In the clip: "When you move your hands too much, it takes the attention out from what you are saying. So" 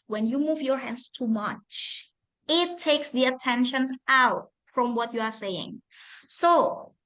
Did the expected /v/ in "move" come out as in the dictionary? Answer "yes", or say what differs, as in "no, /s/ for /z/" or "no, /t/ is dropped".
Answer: yes